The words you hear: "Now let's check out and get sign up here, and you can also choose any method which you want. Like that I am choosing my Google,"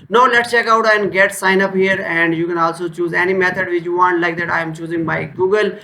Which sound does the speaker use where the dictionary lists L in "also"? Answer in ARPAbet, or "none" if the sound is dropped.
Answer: L